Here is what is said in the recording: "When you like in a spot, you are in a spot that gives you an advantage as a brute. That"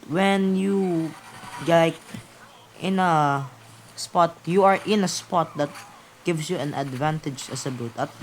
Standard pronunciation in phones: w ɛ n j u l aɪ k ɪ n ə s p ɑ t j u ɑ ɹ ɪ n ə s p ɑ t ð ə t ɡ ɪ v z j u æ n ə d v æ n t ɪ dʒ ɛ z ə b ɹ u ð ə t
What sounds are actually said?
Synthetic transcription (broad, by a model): w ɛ n j u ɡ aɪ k ɪ n ə s p ɑ t j u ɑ ɹ ɪ n ə s p ɑ t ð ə t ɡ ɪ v s j u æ n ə d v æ n t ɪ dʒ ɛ s ə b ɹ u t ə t